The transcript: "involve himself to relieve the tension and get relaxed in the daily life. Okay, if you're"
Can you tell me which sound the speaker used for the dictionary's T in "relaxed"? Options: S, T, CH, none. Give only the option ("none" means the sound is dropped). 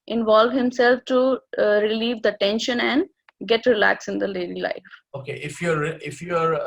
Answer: none